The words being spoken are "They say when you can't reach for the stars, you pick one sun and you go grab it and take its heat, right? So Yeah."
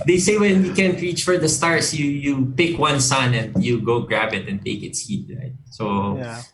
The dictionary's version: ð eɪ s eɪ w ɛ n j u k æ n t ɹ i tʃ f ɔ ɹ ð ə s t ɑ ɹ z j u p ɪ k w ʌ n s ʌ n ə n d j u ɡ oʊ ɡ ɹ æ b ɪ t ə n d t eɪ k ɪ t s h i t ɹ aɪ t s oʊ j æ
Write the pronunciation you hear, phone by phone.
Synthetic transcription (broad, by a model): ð eɪ s eɪ w ɛ n j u k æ n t ɹ i tʃ f ɔ ɹ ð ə s t ɑ ɹ s j u p ɪ k w ʌ n s ʌ n ə n d j u ɡ oʊ ɡ ɹ æ b ɪ t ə n t eɪ k ɪ t s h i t ɹ aɪ t s oʊ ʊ